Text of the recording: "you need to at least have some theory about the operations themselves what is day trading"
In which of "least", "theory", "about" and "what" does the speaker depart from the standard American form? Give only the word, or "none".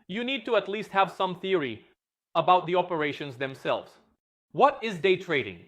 none